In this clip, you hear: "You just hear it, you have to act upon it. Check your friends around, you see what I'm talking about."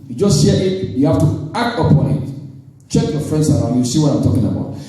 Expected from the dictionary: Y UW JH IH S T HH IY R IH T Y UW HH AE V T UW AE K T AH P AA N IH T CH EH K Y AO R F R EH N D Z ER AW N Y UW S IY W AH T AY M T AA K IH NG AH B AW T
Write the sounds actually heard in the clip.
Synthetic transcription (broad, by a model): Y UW JH IH S T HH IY IH T Y UW HH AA F T UW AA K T AH P AA N IH T CH EH K Y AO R F R EH N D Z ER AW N Y UW S IY W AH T AY M T AA K IH NG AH B AW T